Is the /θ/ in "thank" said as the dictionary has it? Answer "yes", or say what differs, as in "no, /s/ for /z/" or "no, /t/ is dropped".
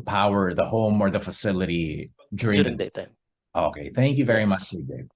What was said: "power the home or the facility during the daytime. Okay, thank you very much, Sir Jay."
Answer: yes